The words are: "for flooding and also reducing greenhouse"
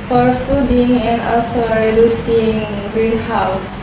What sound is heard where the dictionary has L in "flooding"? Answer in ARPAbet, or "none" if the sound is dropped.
none